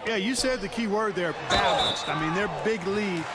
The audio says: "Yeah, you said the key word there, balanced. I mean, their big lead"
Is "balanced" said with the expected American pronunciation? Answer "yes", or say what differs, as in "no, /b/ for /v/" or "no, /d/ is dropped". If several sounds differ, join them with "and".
yes